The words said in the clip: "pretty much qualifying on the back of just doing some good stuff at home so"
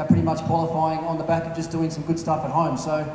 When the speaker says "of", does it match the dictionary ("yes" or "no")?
yes